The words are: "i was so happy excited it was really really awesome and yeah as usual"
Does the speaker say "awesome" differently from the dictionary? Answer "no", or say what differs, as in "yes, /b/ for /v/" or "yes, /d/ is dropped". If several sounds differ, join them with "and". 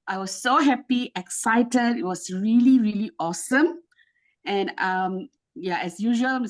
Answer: no